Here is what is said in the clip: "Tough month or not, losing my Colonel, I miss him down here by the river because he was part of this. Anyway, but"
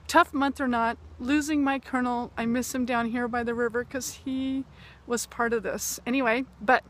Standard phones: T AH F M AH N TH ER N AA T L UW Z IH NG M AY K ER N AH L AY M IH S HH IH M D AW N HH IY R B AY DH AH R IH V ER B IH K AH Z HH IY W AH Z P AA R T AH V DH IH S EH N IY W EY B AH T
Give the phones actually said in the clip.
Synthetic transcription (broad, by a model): T AH F M AH N TH ER N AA T L UW Z IH NG M AY K ER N L AY M IH S HH IH M D AW N HH IY R B AY DH AH R IH V ER K AH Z HH IY W AH Z P AA R T AH V DH IH S EH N IY W EY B AH T